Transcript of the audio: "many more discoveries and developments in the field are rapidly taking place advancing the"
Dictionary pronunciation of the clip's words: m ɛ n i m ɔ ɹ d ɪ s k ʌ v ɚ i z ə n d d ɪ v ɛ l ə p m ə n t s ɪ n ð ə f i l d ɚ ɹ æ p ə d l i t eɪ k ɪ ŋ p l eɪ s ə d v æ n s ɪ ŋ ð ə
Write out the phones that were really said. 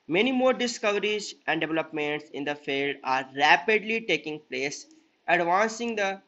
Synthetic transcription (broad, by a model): m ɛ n i m ɔ ɹ d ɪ s k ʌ v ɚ i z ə n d d ɪ v ɛ l ə p m ə n t s ɪ n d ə f i l d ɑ ɹ æ p ə d l i t eɪ k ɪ ŋ p l eɪ s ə d v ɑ n s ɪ ŋ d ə